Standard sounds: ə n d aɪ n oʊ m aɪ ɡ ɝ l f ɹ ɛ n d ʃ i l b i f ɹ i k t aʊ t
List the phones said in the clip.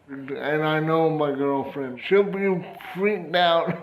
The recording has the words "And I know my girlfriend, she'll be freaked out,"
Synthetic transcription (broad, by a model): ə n aɪ n oʊ m aɪ ɡ ɝ l f ɹ ɛ n d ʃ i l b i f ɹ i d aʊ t